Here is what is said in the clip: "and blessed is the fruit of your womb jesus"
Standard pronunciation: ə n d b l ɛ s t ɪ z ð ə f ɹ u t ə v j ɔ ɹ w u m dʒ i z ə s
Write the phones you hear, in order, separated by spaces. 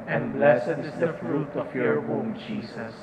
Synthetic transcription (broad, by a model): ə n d b l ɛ s ɪ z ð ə f ɹ u t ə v j ɔ ɹ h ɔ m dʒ i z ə s